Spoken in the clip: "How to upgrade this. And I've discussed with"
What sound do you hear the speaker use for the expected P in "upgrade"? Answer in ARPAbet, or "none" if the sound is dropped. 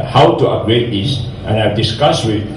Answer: none